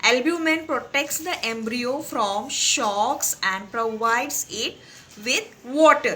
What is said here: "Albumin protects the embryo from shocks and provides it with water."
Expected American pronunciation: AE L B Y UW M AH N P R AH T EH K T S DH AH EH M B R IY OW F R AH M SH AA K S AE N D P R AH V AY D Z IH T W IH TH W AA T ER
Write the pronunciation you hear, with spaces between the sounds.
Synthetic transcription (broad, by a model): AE L B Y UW M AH N P R AH T EH K T S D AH EH M B R IY OW F R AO M SH AA K S AE N D P R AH V AY D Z IH T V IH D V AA T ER